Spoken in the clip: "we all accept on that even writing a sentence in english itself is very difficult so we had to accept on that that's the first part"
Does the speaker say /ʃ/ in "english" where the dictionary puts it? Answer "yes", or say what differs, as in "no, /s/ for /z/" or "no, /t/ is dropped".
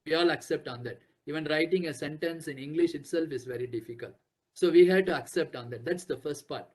yes